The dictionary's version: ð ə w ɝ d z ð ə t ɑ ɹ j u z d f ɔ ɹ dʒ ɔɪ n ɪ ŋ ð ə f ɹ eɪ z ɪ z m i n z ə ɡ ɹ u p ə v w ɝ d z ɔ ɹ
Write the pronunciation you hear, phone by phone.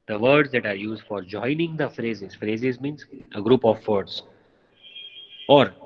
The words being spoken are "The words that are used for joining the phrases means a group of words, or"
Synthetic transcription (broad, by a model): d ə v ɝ d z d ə t ɑ ɹ j u z d f ɔ ɹ dʒ ɔɪ n ɪ ŋ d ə f ɹ eɪ z ɪ z m i n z ə ɡ ɹ u p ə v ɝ d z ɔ ɹ